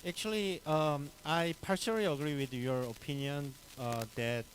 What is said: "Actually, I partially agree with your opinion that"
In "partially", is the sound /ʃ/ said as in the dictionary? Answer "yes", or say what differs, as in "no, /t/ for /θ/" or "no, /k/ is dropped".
no, /s/ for /ʃ/